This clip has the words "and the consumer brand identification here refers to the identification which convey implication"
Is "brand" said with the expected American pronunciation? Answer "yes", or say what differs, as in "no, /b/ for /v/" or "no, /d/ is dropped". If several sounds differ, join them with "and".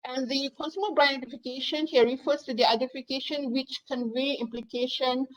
no, /d/ is dropped